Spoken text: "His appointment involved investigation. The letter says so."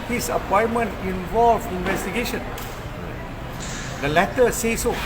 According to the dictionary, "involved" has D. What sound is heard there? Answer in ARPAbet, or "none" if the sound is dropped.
none